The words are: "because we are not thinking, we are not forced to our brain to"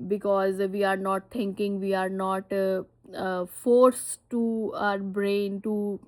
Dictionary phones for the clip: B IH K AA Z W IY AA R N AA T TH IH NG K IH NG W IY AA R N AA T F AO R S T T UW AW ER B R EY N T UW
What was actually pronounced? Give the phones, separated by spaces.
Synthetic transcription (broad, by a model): B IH K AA Z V IY AA R N AA T T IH NG K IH NG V IY AA R N AA T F AO R S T T UW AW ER B R EY N T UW